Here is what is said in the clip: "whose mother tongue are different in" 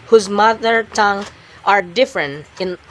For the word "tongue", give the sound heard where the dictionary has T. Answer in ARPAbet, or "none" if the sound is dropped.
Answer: T